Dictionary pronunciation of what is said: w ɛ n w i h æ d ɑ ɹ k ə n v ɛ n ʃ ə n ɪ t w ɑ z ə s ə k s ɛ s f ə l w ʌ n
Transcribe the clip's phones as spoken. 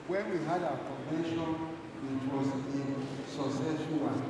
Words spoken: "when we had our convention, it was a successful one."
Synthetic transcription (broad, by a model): w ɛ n w i h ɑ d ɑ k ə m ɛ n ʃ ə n ɪ t w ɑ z ə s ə s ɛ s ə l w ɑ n